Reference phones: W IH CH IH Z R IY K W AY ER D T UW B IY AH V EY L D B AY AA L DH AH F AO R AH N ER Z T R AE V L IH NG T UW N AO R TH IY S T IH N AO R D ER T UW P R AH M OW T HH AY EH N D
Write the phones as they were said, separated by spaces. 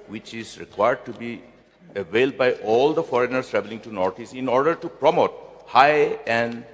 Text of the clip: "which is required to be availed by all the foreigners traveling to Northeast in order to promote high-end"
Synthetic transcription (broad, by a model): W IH CH IH Z R IY K W AY ER D T UW B IY AH V EY L D B AY AA L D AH F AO R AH N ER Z T R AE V L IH NG T UW N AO R T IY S IH N AO R D ER T UW P R AH M OW T HH AY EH N D